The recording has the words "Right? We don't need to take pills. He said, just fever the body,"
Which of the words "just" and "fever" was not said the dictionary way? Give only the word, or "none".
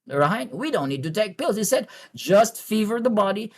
none